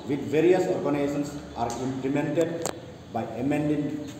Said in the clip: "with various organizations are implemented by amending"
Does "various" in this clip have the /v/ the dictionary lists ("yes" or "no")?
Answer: yes